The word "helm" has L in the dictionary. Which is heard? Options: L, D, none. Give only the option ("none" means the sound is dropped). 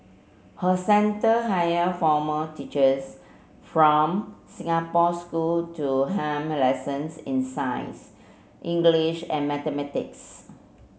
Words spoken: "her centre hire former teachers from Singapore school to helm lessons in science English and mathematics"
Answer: none